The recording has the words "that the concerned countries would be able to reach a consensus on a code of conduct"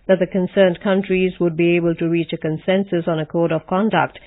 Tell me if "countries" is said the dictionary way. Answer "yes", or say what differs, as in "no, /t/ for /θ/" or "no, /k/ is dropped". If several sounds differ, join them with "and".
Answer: yes